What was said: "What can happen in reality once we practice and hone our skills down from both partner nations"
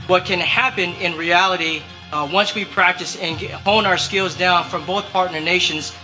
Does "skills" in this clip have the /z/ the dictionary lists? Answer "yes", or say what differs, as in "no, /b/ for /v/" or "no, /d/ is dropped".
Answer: yes